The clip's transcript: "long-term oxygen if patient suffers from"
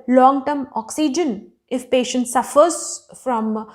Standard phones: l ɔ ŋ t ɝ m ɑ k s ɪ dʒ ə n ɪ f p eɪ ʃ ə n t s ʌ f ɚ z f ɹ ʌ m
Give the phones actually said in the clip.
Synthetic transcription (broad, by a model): l ɔ ŋ t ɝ m ɑ k s ɪ dʒ ə n ɪ f p eɪ ʃ ə n t s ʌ f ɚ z f ɹ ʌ m